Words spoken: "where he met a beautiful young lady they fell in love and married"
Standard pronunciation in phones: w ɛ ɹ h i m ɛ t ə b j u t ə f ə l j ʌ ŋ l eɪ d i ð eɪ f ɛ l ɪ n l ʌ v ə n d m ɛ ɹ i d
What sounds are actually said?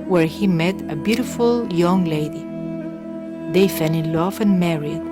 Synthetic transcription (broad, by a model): w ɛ ɹ h i m ɛ t ə b j u t ə f ə l j ʌ ŋ l eɪ d i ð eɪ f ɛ n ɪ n l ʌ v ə n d m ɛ ɹ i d